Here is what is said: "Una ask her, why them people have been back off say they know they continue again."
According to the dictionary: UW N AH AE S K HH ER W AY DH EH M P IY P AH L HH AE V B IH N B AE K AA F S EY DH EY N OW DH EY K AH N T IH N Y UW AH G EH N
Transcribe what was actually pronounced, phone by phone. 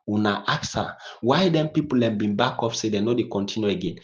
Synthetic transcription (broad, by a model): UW N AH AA K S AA W AY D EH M P IY P AH L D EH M B IH N B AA K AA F S EY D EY N OW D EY K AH N T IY N Y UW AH G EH N